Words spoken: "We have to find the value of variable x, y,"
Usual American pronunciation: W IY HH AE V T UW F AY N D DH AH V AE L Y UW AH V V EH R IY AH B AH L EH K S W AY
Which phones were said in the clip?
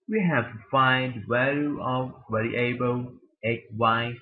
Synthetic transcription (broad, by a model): W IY HH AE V T UW F AY N D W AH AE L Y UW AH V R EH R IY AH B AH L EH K W AY